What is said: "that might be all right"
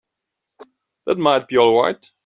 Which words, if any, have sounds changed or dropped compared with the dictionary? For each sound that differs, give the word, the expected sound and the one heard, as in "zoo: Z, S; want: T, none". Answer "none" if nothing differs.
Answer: right: R, W